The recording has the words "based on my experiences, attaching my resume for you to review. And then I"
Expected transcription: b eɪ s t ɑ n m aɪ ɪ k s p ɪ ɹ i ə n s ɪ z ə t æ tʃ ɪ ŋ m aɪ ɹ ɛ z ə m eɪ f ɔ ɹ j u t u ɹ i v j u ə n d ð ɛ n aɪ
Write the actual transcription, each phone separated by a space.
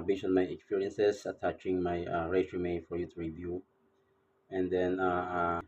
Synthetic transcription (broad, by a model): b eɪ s ɑ n m aɪ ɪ k s p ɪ ɹ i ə n s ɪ s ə t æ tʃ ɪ ŋ m aɪ ɹ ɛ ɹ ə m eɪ f ɔ ɹ j u t u ɹ i v j u ə n d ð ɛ n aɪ